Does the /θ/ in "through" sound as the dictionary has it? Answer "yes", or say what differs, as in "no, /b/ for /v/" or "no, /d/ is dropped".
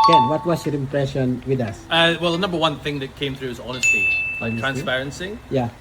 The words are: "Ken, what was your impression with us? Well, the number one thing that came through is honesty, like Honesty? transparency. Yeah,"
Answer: yes